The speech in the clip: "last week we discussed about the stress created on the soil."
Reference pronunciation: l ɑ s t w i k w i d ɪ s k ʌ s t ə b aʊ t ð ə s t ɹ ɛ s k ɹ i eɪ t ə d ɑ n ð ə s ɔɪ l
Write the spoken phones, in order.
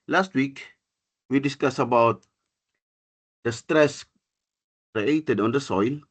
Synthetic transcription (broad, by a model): l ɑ s t w i k w i d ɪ s k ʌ s ə b aʊ t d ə s t ɹ ɛ s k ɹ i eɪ t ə d ɑ n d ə s ɔɪ l